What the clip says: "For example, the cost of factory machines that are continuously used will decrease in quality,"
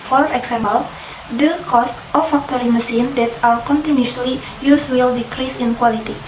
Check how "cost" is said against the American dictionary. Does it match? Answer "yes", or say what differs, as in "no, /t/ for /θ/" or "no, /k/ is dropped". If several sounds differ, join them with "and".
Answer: yes